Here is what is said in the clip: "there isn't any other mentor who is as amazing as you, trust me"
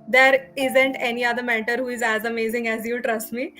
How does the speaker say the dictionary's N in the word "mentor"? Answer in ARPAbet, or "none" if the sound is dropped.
none